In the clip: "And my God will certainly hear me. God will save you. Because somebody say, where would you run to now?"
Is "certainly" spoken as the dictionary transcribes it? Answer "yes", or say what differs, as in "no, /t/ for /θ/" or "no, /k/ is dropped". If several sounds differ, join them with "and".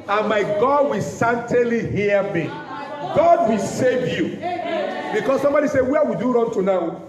no, /n/ is dropped